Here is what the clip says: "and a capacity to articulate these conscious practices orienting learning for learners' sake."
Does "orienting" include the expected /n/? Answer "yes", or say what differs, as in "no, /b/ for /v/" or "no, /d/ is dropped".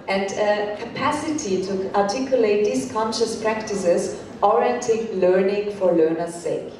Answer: no, /n/ is dropped